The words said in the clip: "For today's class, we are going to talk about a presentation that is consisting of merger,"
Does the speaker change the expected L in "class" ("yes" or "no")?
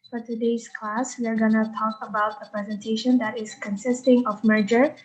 no